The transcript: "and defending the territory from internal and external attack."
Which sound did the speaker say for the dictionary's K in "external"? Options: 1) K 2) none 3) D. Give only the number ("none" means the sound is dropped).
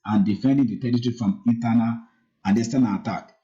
2